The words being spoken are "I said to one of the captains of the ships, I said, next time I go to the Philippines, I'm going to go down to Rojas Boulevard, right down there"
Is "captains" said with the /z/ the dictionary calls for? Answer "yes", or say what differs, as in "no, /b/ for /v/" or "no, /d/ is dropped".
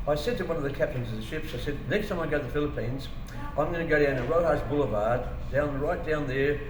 yes